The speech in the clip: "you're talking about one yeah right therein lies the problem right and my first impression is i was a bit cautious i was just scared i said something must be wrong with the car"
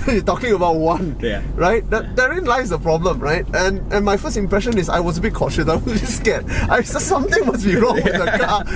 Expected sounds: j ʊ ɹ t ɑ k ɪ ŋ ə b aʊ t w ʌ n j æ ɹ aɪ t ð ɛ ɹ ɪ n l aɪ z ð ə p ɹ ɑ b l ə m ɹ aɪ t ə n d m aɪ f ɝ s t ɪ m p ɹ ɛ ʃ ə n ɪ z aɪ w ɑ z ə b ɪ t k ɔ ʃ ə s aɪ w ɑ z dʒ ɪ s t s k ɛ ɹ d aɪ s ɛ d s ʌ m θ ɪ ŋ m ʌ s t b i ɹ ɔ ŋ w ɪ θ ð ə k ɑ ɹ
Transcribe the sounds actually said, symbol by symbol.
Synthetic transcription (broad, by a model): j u t ɑ k ɪ ŋ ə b aʊ t w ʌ n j ɹ aɪ t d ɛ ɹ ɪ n l aɪ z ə p ɹ ɑ b l ə m ɹ aɪ t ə n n m aɪ f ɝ s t ɪ m p ɹ ɛ ʃ ə n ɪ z aɪ w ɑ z ə b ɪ t k ɔ ʃ ə s aɪ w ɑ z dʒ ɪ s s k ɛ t aɪ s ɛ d s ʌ m t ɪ ŋ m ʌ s b i ɹ ɔ ŋ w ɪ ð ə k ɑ